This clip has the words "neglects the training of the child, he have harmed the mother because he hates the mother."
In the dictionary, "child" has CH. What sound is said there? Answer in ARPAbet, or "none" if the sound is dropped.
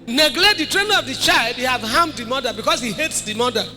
CH